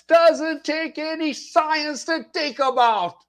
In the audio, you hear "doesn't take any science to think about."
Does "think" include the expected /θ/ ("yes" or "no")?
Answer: no